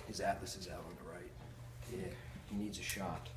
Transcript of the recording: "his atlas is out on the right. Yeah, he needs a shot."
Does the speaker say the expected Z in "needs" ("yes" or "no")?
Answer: yes